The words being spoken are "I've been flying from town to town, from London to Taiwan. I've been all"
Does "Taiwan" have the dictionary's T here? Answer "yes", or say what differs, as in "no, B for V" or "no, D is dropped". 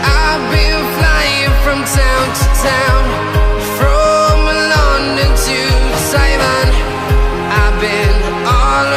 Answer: no, S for T